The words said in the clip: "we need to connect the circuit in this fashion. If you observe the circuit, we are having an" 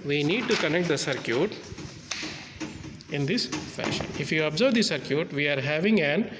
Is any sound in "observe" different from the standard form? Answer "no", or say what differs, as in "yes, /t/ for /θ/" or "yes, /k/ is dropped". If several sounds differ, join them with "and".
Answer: no